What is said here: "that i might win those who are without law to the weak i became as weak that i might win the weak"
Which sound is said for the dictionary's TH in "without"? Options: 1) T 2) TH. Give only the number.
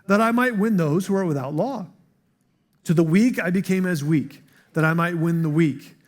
2